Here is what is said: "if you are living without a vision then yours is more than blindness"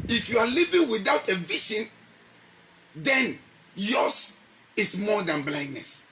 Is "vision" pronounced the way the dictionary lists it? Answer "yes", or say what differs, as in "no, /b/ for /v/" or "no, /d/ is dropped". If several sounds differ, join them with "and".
no, /ʃ/ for /ʒ/